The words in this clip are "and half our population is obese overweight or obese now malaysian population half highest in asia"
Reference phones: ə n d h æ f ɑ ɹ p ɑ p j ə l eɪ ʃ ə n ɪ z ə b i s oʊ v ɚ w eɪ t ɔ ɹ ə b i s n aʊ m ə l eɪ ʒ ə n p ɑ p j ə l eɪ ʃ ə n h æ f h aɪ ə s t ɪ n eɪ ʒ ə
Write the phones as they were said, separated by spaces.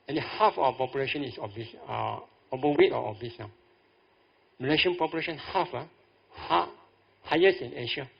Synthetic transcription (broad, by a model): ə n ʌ h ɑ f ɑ w p ɑ p j ə l eɪ ʃ ə n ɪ s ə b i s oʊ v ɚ w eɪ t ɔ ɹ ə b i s n aʊ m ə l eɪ ʃ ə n p ɑ p j ə l eɪ ʃ ə n h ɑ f h aɪ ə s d ɪ n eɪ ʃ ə